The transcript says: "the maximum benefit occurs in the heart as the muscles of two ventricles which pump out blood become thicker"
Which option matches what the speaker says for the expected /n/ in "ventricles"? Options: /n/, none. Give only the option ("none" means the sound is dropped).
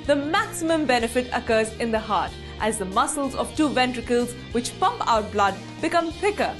/n/